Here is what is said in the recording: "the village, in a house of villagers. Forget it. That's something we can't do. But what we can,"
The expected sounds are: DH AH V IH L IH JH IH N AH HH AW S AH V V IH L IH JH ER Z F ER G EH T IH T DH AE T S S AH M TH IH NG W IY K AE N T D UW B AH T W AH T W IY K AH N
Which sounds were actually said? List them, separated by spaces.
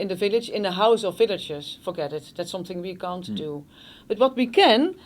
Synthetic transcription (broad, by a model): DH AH V IH L IH JH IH N AH HH AW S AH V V IH L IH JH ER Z F ER G EH T IH T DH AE T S S AH M TH IH NG W IY K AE N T D UW B AH T W AH T W IY K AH N